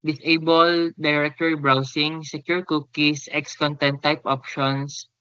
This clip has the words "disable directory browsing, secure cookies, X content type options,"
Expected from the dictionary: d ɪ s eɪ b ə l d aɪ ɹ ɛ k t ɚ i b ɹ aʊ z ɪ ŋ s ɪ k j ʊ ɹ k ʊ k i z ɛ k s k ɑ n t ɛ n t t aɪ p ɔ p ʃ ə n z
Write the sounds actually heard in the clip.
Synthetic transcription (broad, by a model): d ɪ s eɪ b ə l d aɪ ɹ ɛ k t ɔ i b ɹ aʊ s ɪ ŋ s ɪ k j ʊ ɹ k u k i s ɛ k s k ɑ n t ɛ n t t aɪ p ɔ p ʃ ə n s